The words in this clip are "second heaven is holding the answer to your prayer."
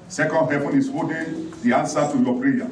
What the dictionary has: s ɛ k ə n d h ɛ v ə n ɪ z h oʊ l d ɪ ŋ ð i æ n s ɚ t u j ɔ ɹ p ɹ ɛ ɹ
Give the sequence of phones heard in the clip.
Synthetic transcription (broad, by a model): s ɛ k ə n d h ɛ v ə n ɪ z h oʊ d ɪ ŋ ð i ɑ n s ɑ t u j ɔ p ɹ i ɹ